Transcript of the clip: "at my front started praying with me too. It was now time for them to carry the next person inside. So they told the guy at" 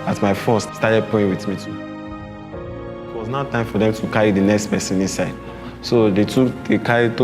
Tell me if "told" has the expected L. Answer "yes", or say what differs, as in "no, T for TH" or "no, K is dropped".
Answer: no, L is dropped